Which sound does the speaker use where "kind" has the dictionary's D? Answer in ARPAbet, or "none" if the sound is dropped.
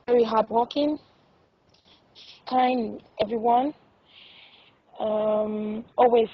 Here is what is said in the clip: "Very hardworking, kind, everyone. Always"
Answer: none